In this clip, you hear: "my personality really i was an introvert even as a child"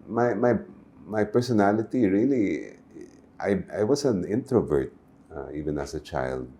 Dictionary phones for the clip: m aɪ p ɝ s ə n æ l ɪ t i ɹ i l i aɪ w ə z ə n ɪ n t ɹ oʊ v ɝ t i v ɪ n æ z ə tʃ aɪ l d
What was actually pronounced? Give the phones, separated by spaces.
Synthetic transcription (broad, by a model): m aɪ p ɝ s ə n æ l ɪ t i ɹ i l i aɪ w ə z ə n ɪ n t ɹ oʊ v ɝ t i v ɪ n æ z ə tʃ aɪ l d